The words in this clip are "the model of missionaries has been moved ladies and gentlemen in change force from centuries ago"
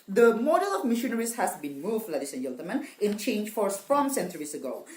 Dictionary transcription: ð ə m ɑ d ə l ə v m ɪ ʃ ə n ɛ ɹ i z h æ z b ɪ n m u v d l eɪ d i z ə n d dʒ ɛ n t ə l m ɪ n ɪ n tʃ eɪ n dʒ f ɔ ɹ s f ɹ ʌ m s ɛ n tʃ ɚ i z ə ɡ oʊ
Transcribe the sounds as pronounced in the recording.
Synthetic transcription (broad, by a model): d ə m ɑ d ə l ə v m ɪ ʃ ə n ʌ ɹ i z h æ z b ɪ n m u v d l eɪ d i s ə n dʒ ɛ l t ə m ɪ n ɪ n tʃ eɪ n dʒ f ɔ ɹ s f ɹ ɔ m s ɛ n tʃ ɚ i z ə ɡ oʊ